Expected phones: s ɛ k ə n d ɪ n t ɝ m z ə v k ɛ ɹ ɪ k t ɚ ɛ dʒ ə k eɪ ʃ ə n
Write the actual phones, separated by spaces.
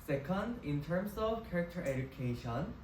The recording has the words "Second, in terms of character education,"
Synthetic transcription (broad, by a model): s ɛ k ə n d ɪ n t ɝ m s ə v k ɛ ɹ ɪ k t ɚ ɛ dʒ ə k eɪ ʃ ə n